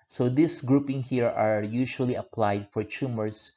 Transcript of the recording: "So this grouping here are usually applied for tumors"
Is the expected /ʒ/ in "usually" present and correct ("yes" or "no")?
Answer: no